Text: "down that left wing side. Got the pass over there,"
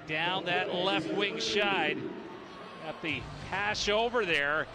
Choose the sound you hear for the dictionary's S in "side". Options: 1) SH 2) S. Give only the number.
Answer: 1